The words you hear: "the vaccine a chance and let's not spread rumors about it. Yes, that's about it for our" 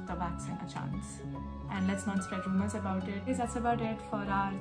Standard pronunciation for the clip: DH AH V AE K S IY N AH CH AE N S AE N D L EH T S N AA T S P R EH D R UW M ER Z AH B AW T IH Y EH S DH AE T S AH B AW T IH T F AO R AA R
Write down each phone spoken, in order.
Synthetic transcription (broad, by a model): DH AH B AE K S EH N AH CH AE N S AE N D L EH T S N AA T S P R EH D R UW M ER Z AH B AW T IH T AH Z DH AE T S AH B AW T IH T F AO R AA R